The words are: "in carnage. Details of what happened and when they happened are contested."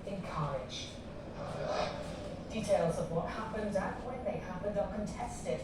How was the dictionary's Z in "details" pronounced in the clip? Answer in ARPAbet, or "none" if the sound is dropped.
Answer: Z